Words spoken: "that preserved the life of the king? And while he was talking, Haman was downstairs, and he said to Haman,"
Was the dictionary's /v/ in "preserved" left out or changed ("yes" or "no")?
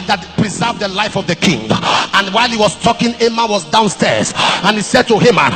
no